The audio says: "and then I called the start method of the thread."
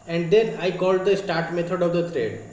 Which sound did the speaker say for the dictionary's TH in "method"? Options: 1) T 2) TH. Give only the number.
1